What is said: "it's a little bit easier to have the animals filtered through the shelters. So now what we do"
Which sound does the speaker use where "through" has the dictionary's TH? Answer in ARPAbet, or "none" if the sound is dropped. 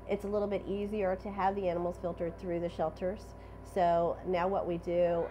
TH